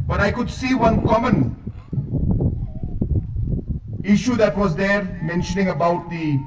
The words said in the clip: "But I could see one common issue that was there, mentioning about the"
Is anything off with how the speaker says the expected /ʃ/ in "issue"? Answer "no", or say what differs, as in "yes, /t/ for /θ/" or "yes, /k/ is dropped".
no